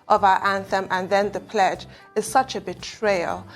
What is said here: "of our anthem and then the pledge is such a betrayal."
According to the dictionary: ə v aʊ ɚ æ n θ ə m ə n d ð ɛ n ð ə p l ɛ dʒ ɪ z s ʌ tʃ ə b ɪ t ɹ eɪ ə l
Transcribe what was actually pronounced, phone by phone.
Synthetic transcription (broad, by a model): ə v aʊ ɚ æ n θ ə m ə n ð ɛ n ð ə p l ɛ dʒ ɪ z s ʌ tʃ ə b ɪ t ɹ eɪ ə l